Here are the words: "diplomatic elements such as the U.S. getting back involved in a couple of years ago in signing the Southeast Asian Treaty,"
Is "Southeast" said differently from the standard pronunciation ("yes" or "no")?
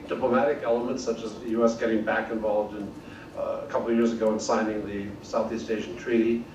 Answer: no